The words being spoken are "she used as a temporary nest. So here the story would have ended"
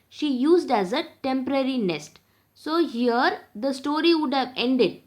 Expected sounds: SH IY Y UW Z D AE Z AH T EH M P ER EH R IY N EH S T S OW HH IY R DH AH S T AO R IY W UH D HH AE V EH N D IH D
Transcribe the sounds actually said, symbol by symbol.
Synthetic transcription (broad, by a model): SH IY Y UW Z D AE Z AH T EH M P ER EH R IY N EH S T S OW HH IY R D AH S T AO R IY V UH D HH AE V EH N D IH D